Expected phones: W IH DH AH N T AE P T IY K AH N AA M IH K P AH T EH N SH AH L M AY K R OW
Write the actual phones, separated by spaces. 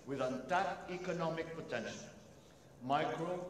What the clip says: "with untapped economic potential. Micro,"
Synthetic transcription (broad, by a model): W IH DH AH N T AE T IY K AH N AA M IH K P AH T EH N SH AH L M AY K R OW